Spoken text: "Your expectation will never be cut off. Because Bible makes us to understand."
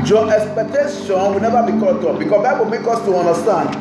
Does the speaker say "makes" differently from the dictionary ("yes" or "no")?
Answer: yes